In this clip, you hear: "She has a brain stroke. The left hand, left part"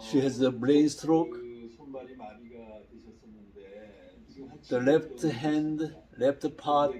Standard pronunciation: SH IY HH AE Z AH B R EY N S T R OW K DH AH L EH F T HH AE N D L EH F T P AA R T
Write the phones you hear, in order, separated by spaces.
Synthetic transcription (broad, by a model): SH IY HH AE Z AH B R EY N S T R OW K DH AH L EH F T HH AE N D L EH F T P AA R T